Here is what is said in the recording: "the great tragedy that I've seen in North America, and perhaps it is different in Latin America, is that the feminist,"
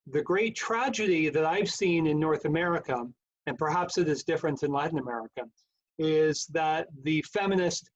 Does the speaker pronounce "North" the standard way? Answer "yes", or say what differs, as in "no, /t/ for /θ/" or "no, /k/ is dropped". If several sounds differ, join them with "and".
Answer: yes